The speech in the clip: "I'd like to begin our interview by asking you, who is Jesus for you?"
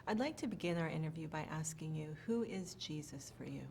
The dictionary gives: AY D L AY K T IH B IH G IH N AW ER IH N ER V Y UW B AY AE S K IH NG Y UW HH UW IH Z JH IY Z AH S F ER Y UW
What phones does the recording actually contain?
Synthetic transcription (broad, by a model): AY D L AY K T IH B IH G IH N AW ER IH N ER V Y UW B AY AE S K IH NG Y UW HH UW IH Z JH IY Z AH S F ER Y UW